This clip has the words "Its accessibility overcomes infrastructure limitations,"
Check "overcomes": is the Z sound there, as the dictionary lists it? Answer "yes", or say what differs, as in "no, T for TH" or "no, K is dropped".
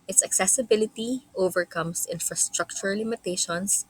no, S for Z